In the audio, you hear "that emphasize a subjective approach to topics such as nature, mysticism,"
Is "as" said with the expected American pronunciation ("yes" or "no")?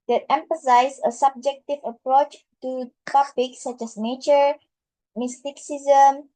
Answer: no